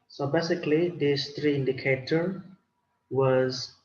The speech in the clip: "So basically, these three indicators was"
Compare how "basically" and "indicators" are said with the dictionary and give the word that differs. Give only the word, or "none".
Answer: indicators